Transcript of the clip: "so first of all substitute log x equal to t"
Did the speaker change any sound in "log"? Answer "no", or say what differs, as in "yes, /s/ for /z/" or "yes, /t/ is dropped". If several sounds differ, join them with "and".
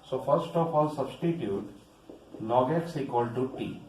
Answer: yes, /n/ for /l/